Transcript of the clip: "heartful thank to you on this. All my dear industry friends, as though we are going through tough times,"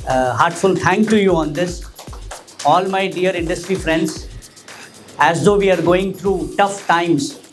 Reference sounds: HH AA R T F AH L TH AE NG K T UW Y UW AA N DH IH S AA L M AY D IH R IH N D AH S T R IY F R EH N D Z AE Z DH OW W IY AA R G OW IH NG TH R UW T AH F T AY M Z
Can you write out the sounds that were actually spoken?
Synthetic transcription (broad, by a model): HH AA R T F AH L T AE NG K T UW Y UW AA N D IH S AA L M AY D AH R IH N D AH S T R IY F R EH N D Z AE Z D OW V IY AA R G OW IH NG T R UW T AH F T AY M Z